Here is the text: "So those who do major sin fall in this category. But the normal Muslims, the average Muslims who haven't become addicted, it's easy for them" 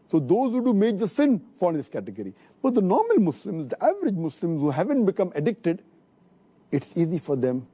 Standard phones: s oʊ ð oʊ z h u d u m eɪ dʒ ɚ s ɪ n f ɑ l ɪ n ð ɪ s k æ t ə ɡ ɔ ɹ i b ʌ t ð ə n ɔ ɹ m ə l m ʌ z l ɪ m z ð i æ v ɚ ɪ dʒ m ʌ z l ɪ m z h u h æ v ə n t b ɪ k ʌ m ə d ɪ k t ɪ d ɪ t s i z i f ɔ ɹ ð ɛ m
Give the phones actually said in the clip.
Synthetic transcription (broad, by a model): s oʊ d oʊ z h u d u m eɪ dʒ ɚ s ɪ n f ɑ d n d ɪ s k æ t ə ɡ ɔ ɹ i b ʌ t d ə n ɔ ɹ m ə l m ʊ s l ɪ m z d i æ v ɚ ɪ dʒ m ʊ s l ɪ m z h u h æ v ə n t b ɪ k ʌ m ə d ɪ k t ɪ d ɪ t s i z i f ɔ ɹ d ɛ m